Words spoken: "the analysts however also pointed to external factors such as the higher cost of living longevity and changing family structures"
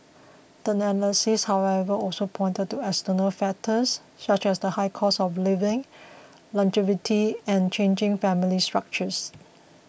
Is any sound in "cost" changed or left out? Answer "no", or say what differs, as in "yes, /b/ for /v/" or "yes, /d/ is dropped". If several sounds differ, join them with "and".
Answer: yes, /t/ is dropped